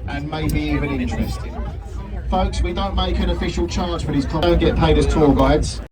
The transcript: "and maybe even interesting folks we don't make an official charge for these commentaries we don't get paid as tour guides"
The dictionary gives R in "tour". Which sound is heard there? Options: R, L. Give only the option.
L